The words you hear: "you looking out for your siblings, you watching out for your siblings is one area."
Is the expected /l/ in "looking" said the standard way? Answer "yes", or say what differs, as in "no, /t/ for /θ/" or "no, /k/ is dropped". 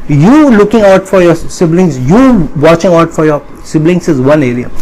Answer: yes